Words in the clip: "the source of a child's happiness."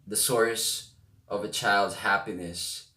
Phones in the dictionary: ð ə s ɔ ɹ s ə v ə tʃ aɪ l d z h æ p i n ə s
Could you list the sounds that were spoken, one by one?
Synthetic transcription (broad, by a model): ð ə s ɔ ɹ s ə v ə tʃ aɪ l d z h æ p i n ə s